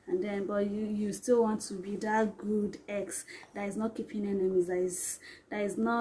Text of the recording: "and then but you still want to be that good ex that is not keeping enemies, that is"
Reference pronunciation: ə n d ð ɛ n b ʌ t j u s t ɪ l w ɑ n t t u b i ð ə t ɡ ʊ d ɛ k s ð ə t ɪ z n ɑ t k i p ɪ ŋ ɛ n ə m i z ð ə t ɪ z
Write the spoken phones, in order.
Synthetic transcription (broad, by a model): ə n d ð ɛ n b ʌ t j u s t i l w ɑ n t t u b i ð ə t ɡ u d ɛ k s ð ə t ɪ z n ɑ t k i p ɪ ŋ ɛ n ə m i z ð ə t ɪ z